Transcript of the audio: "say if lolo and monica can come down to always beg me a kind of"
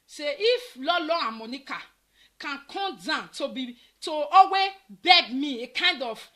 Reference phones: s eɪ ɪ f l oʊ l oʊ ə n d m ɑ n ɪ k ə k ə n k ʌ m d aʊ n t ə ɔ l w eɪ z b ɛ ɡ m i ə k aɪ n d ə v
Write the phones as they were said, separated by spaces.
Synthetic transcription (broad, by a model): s eɪ ɪ f l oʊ l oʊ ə m ɑ n ɪ k ə k ə n k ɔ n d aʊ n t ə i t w eɪ b ɛ ɡ m i ə k aɪ n d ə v